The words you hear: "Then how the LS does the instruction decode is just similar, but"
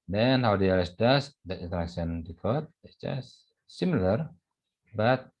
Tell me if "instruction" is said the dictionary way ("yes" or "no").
no